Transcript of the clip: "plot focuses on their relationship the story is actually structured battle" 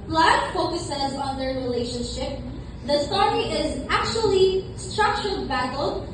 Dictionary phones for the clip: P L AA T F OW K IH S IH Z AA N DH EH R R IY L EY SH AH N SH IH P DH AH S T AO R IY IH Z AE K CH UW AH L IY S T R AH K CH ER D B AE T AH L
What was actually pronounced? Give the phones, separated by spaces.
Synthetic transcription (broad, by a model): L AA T F OW K IH S IH Z AA N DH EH R R IY L EY SH AH N SH IH P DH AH S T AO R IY IH Z AE K CH UW AH L IY S T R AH K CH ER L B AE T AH L